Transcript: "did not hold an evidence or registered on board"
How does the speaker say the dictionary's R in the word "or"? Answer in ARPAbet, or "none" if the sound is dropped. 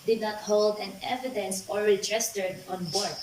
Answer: L